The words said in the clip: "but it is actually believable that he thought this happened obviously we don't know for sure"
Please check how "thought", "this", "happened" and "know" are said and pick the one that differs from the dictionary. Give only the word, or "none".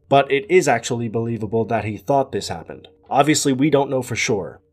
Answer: none